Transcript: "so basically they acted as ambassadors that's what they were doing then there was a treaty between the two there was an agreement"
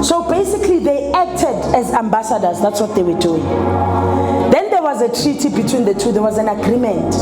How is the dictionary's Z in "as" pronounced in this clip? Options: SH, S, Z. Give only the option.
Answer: Z